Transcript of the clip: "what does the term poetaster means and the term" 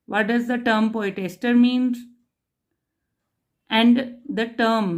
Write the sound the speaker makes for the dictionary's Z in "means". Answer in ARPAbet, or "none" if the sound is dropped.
none